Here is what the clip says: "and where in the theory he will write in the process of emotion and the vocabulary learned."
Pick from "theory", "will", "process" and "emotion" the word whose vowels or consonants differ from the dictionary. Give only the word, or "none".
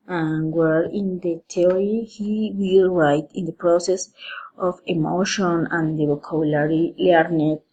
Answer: theory